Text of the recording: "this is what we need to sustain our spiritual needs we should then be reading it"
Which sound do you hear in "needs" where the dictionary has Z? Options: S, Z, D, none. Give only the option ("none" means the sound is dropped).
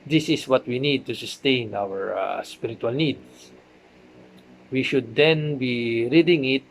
S